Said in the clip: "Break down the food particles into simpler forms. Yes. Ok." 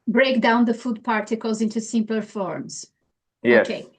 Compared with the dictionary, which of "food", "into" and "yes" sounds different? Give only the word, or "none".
yes